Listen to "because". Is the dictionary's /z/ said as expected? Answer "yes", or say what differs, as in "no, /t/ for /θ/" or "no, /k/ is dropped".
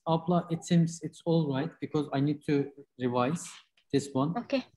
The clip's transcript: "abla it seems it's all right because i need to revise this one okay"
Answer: yes